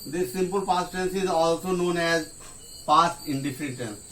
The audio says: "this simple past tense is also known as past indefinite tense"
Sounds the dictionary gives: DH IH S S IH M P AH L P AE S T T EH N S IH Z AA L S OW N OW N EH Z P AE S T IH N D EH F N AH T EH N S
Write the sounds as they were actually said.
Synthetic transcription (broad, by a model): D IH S S IH M P AH L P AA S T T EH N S IH Z AA L S OW N OW N EH Z P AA S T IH N D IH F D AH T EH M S